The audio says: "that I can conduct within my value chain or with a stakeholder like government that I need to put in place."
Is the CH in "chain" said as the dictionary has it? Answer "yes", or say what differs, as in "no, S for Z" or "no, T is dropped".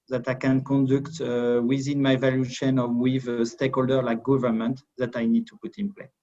no, SH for CH